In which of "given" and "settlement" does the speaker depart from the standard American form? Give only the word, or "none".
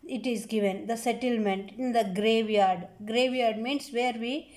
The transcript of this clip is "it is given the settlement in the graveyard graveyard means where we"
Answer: none